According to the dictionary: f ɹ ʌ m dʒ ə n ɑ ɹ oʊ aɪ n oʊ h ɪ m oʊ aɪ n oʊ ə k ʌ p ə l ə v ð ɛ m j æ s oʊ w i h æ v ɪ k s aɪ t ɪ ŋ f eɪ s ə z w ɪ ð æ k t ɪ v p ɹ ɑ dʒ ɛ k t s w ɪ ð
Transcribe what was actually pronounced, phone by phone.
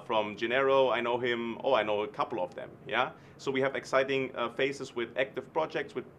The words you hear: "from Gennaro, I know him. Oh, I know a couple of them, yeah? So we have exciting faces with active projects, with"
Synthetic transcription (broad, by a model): f ɹ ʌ m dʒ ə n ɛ ɹ oʊ aɪ n oʊ h ɪ m oʊ aɪ n oʊ ə k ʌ p l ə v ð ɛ m j æ s oʊ w i h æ v ɪ k s aɪ t ɪ ŋ f eɪ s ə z w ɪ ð æ k t ɪ v p ɹ ɑ dʒ ɛ k t s w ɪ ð